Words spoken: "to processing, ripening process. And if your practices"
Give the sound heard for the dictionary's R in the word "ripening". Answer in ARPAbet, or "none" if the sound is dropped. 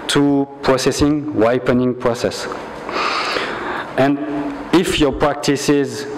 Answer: W